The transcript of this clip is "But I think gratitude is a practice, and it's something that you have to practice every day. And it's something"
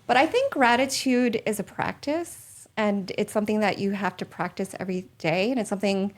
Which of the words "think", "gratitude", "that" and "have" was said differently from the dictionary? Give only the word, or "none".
have